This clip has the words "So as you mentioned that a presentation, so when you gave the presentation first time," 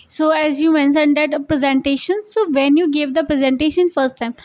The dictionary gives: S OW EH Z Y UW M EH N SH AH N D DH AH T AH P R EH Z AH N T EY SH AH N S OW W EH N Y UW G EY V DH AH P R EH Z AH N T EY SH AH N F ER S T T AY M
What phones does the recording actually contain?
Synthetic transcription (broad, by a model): S OW EH Z Y UW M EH N S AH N D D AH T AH P R EH Z AH N T EY SH AH N S OW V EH N Y UW G EY V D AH P R EH Z AH N T EY SH AH N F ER S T T AY M